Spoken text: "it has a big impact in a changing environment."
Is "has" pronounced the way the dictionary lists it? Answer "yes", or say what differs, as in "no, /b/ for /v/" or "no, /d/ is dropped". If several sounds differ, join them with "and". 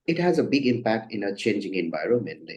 yes